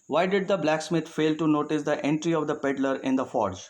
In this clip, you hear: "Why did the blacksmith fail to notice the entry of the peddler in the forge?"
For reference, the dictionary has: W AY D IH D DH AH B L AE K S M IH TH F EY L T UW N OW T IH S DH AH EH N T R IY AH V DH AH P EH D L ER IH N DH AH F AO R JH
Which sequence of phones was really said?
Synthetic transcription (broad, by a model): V AY D IH D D AH B L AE K S M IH T F EY L T UW N OW T IH S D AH EH N T R IY AH V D AH P EH D L ER IH N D AH F AO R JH